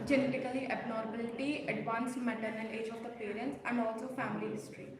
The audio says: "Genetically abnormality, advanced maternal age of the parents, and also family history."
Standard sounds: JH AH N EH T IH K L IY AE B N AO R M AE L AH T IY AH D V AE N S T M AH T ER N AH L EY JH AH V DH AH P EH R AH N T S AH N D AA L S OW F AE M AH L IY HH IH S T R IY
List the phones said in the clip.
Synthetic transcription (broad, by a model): JH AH N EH T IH K L IY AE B N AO R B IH L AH T IY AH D V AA N S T M AH T ER N AH L EY JH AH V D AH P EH R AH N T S AH N D AA L S OW F AE M AH L IY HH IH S T R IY